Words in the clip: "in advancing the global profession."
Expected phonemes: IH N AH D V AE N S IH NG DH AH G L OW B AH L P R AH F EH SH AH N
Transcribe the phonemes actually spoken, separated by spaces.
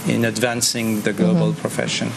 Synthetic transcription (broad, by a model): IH N AH D V AE N S IH NG DH AH G L OW B AH L P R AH F EH SH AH N